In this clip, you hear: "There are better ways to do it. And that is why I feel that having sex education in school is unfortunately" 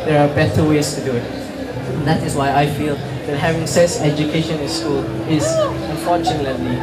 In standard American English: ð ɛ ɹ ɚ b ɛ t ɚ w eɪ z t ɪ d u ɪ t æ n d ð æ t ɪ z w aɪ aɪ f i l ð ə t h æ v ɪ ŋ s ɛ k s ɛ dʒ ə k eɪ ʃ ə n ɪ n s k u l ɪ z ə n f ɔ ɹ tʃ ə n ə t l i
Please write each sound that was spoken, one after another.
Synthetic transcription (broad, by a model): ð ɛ ɹ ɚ b ɛ t ɚ w eɪ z t ɪ d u ɪ t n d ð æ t ɪ z w aɪ aɪ f i l ð ə t h æ v ɪ ŋ s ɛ s ɛ dʒ ə k eɪ ʃ ə n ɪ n s k u l ɪ z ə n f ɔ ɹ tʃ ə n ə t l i